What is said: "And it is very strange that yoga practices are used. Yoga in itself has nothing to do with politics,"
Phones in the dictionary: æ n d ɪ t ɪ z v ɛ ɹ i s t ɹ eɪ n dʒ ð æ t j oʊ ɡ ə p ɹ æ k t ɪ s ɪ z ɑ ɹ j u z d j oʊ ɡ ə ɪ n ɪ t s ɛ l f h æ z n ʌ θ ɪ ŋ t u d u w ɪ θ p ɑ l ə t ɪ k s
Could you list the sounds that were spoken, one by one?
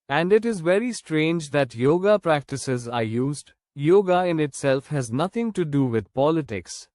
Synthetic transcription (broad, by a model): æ n d ɪ t ɪ z v ɛ ɹ i s t ɹ eɪ n dʒ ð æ t j oʊ ɡ ə p ɹ æ k t ɪ s ɪ z ɑ ɹ j u z d j oʊ ɡ ə ɪ n ɪ t s ɛ l f h æ z n ʌ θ ɪ ŋ t u d u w ɪ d p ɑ l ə t ɪ k s